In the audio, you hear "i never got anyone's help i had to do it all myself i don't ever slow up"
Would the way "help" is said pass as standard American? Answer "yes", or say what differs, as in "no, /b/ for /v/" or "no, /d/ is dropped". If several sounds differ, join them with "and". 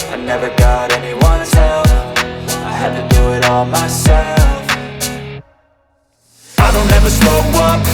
no, /f/ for /p/